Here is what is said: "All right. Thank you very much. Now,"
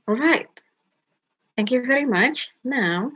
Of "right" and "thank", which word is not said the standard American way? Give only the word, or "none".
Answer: none